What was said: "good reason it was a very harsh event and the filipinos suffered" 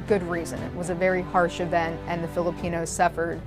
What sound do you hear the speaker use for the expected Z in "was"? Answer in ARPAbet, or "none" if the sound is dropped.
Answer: Z